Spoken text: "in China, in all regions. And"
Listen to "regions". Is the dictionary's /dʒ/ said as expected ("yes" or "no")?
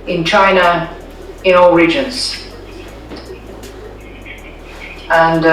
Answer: yes